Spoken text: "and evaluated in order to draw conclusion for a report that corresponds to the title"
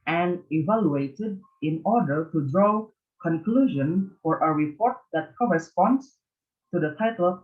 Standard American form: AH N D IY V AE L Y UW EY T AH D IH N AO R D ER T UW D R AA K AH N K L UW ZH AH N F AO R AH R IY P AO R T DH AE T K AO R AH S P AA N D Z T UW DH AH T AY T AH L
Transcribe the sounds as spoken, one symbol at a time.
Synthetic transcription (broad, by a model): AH N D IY V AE L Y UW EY T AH D IH N AO R D ER T UW D R AA K AH N K L UW ZH AH N F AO R AH R IY P AO R T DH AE T K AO R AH S P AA N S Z T UW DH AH T AY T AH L